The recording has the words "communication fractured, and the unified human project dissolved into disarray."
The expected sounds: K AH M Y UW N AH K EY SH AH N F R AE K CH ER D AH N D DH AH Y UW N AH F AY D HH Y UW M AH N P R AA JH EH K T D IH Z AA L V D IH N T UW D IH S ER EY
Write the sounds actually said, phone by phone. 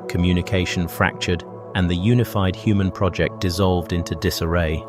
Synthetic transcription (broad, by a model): K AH M Y UW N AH K EY SH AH N F R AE K CH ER D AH N DH AH Y UW N AH F AY D HH Y UW M AH N P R AA JH EH K D IH Z AA L V D IH N T UW D IH S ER EY